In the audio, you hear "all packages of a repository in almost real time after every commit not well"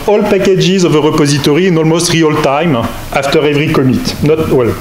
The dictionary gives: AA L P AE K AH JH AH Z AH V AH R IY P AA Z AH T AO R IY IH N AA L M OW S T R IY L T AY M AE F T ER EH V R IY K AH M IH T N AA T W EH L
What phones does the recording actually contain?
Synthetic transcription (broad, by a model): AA L P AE K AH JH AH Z AH V AH R IY P AA Z AH T AO R IY IH N AA L M OW S T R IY L T AY M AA F T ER EH V R IY K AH M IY T N AA T W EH L